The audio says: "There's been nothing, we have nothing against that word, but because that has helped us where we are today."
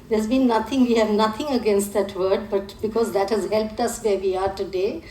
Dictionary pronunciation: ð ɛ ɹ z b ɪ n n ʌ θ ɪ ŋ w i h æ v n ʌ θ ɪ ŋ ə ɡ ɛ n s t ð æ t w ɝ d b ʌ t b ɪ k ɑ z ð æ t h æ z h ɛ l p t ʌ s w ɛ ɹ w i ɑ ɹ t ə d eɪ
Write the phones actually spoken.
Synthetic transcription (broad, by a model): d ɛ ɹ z b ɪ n n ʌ t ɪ ŋ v i h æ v n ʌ t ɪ ŋ ə ɡ ɛ n s t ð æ t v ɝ d b ʌ t b ɪ k ɑ z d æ t h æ z h ɛ l p t ʌ s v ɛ ɹ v i ɑ ɹ t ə d eɪ